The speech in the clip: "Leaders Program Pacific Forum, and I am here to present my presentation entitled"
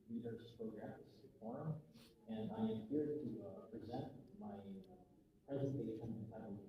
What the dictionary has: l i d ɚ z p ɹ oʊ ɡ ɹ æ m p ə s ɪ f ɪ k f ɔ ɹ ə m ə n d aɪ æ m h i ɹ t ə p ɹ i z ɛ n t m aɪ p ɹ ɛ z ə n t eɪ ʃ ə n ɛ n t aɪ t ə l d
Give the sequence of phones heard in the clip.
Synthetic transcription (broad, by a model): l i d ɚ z p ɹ oʊ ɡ ɹ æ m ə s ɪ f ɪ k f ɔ ɹ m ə n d aɪ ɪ m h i ɹ t ə p ɹ i z ɛ n t m aɪ p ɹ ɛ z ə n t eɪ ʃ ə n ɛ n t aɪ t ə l